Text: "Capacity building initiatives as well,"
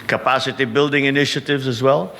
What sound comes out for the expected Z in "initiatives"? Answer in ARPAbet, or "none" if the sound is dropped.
Z